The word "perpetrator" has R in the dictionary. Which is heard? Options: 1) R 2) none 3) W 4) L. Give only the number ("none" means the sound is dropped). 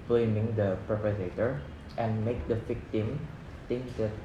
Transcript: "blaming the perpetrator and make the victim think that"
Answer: 2